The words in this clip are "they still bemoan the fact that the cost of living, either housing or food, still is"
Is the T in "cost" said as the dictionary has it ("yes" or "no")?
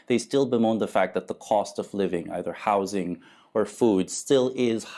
yes